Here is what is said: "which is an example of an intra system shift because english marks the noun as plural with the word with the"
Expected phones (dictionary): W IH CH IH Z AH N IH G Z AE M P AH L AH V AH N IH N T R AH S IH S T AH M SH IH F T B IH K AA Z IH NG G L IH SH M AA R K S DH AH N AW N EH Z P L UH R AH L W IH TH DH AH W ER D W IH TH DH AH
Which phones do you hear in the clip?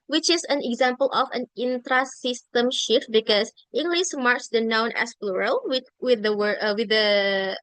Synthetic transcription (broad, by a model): W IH CH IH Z AH N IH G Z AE M P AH L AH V AH N IH N T R AH S IH S T AH M SH IH F T B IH K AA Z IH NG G L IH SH M AA R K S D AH N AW N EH S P L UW R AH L W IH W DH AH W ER W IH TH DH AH